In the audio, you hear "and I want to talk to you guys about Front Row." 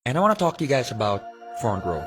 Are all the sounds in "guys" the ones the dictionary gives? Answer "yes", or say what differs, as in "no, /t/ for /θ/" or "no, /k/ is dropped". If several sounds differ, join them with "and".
yes